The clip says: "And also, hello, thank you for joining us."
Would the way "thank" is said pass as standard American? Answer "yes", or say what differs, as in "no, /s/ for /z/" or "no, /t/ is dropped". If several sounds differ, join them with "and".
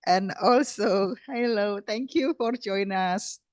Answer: no, /t/ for /θ/